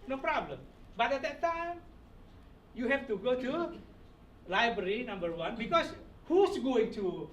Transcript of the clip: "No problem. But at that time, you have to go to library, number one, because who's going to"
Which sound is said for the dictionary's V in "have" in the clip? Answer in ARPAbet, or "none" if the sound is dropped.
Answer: F